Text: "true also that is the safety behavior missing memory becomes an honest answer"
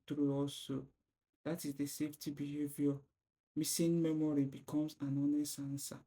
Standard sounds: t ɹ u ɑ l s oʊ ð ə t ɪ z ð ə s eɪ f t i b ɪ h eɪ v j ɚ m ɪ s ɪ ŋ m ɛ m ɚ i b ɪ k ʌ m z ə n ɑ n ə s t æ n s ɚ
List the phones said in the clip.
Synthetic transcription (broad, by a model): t ɹ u ɑ l s oʊ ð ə t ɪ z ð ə s eɪ f t i b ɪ h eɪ v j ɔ m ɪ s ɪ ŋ m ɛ m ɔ i b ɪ k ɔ m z ə n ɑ n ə s ɑ n s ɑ